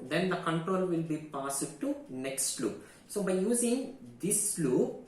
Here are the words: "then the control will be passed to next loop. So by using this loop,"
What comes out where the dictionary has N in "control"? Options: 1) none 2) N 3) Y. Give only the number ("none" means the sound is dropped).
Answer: 2